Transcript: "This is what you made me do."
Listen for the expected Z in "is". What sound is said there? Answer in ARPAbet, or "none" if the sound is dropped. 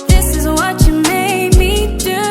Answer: Z